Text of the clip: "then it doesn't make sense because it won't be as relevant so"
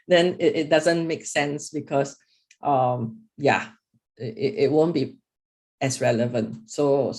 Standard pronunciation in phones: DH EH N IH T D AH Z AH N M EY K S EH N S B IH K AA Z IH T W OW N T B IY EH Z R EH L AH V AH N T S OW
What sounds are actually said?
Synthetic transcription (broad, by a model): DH EH N IH T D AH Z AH N M EY K S EH N S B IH K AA S IH T W OW N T B IY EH S R EH L AH V AH N T S OW